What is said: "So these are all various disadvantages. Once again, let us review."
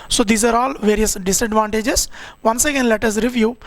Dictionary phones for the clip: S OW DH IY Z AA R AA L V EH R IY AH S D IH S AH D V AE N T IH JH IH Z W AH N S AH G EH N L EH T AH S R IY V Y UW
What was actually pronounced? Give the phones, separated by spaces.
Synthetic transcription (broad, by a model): S OW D IY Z AA R AA L V EH R IY AH S D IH S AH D V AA N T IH JH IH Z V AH N S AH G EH N L EH T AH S R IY V Y UW